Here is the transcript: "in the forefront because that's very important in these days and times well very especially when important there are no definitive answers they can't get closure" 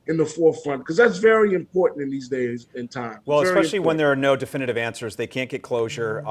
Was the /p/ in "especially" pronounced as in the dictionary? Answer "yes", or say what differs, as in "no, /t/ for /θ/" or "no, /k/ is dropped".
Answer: no, /p/ is dropped